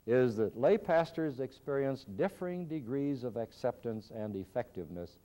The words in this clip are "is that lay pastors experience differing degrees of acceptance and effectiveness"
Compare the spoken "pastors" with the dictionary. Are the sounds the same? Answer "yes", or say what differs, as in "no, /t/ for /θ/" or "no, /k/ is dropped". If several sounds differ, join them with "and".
yes